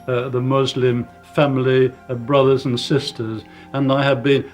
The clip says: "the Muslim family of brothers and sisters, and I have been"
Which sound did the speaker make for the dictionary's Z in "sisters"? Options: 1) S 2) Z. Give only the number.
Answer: 2